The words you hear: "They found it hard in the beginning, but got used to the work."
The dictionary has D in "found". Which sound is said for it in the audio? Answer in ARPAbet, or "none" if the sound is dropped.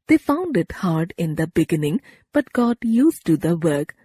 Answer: D